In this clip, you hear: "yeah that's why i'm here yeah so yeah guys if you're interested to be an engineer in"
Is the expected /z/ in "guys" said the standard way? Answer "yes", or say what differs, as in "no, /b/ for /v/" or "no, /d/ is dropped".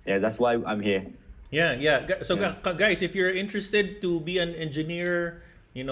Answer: no, /s/ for /z/